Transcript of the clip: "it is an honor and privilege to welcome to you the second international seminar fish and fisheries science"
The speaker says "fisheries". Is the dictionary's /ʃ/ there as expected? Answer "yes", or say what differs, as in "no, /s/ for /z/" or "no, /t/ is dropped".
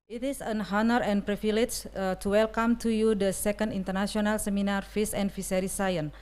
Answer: no, /s/ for /ʃ/